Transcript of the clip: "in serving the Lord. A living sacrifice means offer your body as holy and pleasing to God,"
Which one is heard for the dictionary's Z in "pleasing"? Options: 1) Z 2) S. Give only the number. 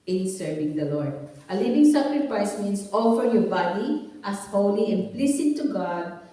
2